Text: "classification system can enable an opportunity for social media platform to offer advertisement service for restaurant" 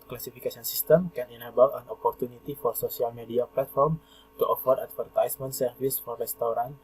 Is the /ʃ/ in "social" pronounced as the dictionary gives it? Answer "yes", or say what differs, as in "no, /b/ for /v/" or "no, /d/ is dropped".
no, /s/ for /ʃ/